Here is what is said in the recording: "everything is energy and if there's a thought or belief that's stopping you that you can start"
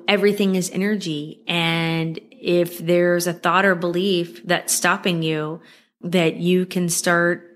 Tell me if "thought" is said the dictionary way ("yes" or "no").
yes